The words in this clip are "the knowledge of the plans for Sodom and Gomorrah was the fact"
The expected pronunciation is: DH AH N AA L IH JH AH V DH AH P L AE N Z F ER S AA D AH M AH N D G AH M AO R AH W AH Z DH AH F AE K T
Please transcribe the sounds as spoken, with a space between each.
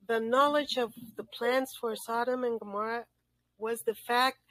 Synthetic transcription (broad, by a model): DH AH N AA L IH JH AH V DH AH P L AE N S F ER S AA D AH M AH N G AH M AO R AH W AH Z DH AH F AE K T